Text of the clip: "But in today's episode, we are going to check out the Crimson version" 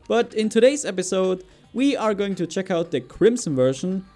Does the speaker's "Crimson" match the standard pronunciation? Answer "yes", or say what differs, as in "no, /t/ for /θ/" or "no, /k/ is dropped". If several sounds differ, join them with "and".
no, /s/ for /z/